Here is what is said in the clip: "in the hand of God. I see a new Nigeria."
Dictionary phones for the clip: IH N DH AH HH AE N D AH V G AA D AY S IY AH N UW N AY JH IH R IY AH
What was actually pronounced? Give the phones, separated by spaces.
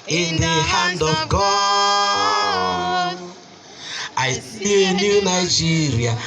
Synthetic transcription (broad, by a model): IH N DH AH HH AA N D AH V G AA AY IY AH N UW N AY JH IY R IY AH